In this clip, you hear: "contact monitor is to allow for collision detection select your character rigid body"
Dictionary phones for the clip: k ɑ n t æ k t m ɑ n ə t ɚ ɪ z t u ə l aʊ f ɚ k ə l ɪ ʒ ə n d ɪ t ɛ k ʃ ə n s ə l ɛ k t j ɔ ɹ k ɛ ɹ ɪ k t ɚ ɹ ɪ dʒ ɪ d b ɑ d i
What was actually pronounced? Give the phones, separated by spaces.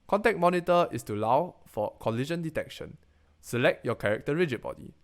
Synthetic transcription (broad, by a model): k ɑ n t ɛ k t m ɑ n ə t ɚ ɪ s t u ə l aʊ f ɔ k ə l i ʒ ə n d ɪ t ɛ k ʃ ə n s ə l ɛ k t j ɔ k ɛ ɹ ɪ k t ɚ ɹ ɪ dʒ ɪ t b ɑ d i